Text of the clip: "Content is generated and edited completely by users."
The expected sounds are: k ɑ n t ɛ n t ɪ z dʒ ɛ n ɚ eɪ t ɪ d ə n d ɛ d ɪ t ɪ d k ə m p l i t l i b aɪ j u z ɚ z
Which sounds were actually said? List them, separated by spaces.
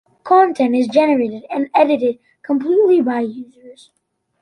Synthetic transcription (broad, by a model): k ɑ n t ɛ n t ɪ z dʒ ɛ n ɚ eɪ t ɪ d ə n ɛ d ɪ t ɪ d k ə m p l i t l i b aɪ j u z ɚ z